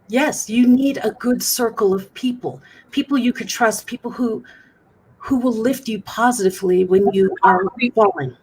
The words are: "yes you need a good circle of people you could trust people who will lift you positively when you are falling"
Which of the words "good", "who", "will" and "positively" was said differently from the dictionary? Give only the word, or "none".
none